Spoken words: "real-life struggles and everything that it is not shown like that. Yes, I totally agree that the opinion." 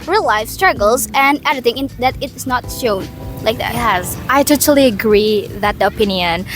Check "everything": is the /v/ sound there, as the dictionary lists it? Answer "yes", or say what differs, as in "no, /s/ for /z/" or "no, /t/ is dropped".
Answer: no, /v/ is dropped